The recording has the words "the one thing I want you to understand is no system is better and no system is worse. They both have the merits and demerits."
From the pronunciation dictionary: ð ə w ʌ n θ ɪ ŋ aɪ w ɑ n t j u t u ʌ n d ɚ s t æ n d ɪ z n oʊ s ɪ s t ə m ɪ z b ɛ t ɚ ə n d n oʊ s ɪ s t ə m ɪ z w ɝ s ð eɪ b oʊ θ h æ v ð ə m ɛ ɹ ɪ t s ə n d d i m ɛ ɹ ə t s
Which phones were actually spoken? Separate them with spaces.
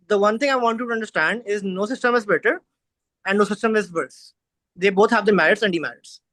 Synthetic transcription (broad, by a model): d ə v ʌ n t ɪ ŋ aɪ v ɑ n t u t u ʌ n d ɚ s t æ n d ɪ z n oʊ s ɪ s t ə m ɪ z b ɛ t ɚ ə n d n oʊ s ɪ s t ə m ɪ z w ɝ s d eɪ b oʊ t h æ v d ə m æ ɹ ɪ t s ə n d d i m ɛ ɹ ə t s